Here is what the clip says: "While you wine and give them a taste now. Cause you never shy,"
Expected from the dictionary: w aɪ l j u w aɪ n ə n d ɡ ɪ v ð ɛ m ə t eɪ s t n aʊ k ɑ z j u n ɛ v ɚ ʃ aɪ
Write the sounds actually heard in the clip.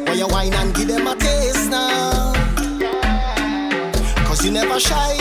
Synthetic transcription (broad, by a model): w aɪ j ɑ w aɪ n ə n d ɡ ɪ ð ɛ m ə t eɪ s n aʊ k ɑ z j u n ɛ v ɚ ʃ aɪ